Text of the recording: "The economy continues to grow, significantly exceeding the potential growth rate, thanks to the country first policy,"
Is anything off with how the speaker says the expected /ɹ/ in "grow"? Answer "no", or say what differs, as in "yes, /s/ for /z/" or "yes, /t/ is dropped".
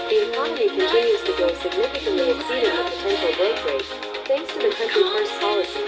yes, /ɹ/ is dropped